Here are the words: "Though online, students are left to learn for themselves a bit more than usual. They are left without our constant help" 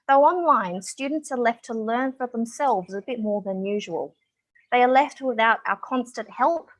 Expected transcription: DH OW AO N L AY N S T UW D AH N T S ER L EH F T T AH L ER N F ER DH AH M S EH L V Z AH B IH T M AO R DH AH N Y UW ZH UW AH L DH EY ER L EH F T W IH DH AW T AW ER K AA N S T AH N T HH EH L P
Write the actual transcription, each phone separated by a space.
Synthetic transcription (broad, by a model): DH OW AO N L AY N S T UW D N T S ER L EH F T T AH L ER N F ER DH AH M S EH L V Z AH B IH T M AO R DH AH N Y UW ZH UW AH L DH EY ER L EH F T W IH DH AW T AW ER K AA N S T AH N T HH EH L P